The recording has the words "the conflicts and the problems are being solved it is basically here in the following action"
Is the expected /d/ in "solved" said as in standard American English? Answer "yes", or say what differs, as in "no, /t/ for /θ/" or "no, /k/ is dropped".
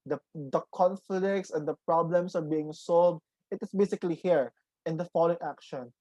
yes